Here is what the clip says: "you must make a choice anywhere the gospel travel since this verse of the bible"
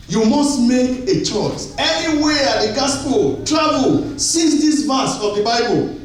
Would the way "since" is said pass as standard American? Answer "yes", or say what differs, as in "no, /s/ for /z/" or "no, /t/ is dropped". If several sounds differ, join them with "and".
no, /n/ is dropped